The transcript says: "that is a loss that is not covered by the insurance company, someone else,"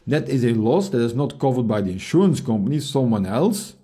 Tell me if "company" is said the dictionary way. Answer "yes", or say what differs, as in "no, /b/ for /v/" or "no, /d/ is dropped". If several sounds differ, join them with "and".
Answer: yes